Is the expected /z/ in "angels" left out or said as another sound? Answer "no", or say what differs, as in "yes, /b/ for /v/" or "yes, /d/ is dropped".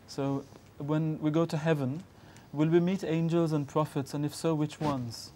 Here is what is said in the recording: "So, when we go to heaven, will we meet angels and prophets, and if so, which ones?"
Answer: no